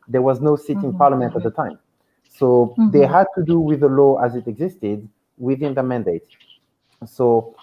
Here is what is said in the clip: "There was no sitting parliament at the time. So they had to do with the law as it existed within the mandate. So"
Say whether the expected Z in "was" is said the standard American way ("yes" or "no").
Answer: yes